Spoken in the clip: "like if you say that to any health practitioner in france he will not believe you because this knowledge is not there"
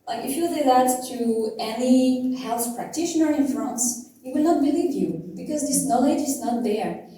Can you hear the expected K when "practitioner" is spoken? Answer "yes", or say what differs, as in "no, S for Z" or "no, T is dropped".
yes